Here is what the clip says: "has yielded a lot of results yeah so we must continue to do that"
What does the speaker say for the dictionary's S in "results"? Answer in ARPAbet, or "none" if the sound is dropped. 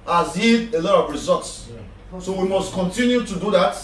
S